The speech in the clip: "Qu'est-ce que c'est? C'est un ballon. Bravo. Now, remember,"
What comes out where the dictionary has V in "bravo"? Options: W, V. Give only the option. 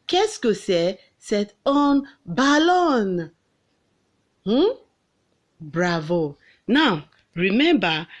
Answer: V